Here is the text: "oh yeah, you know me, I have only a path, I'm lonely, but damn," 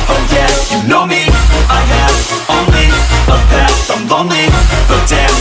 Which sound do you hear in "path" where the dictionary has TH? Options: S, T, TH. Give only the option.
S